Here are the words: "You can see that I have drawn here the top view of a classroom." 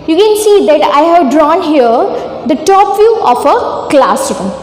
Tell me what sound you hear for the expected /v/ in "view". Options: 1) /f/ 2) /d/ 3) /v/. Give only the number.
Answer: 1